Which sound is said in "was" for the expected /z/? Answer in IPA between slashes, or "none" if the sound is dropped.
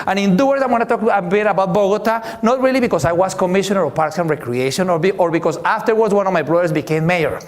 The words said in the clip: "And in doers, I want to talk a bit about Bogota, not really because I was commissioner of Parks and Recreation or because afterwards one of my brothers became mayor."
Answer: /s/